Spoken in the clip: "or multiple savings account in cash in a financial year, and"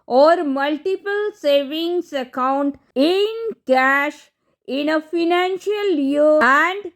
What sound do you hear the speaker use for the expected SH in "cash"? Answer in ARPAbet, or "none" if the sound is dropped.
SH